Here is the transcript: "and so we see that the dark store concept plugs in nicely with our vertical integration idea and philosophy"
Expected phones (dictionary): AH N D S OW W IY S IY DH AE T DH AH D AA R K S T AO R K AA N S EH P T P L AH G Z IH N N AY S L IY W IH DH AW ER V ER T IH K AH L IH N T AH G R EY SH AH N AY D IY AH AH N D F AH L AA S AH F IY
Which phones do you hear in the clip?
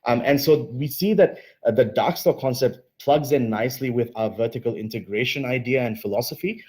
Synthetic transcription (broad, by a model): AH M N S OW W IY S IY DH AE T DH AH D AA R K S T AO K AA N S EH P T P L AH G Z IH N N AY S L IY W IH DH AW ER V ER T IH K AH L IH N T AH G R EY SH AH N AY D IY AH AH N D F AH L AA S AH F IY